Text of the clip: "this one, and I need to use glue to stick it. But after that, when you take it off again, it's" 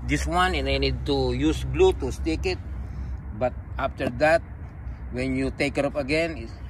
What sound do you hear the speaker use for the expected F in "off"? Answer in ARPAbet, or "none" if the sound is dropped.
P